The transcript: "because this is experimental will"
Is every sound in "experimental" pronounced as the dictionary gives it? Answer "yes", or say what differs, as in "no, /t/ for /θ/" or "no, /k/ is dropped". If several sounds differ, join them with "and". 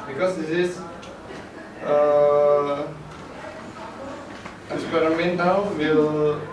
no, /w/ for /l/